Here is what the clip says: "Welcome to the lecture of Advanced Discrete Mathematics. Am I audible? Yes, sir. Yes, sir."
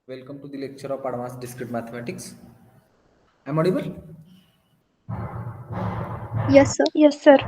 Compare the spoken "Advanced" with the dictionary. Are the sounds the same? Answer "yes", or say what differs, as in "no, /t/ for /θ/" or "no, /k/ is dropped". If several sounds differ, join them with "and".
no, /n/ is dropped